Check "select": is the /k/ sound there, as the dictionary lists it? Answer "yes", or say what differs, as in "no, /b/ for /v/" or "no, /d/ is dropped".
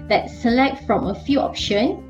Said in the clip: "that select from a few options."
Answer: yes